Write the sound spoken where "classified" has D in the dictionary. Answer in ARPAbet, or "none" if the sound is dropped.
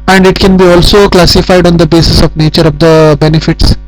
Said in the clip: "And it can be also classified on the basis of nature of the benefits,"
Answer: D